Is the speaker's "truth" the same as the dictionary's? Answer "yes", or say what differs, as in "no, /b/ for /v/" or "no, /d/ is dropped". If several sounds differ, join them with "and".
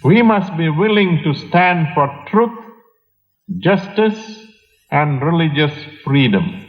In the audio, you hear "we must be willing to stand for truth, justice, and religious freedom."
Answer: no, /t/ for /θ/